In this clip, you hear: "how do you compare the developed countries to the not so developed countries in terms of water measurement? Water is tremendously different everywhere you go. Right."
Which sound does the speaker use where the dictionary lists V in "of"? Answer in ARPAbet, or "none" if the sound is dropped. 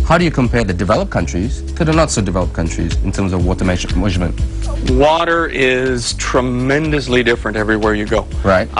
V